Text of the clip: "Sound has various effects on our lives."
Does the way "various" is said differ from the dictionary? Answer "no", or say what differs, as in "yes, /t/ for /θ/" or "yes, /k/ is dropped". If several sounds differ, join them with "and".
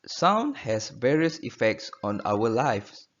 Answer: no